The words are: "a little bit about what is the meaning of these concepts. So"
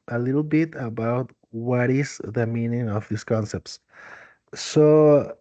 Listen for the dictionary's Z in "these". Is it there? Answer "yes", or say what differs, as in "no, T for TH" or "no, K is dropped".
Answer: no, S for Z